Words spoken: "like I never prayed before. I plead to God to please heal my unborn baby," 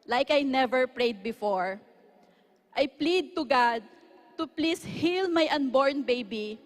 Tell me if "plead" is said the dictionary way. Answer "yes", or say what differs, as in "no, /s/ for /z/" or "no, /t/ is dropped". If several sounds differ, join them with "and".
yes